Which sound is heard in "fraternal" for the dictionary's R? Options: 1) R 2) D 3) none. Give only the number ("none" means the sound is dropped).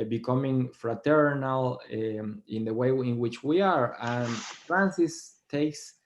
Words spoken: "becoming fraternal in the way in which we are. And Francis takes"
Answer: 1